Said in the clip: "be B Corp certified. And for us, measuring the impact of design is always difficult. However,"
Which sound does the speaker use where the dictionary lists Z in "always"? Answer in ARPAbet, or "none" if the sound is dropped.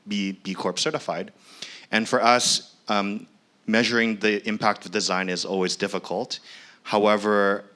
Z